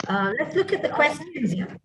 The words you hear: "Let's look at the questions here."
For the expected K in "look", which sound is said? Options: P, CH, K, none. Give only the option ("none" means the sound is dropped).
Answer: K